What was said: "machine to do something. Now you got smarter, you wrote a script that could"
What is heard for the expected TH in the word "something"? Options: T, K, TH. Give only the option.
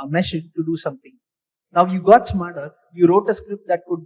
T